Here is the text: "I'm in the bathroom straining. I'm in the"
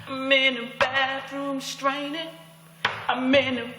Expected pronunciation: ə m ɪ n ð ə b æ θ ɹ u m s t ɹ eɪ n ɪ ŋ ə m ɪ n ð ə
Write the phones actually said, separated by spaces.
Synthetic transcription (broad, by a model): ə m ɪ n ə b æ θ ɹ u m s t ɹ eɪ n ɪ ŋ ə m ɪ n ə